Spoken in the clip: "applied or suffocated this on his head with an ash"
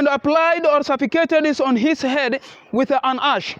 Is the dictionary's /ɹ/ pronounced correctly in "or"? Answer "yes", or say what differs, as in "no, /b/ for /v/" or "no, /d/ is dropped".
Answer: yes